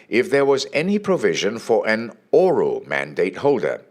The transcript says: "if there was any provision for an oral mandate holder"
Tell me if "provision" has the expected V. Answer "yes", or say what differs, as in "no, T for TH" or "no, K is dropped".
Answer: yes